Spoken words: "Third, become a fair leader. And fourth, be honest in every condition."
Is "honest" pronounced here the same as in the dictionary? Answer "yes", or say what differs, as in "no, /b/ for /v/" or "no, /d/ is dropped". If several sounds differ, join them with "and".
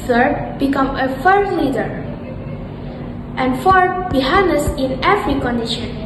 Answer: no, /t/ is dropped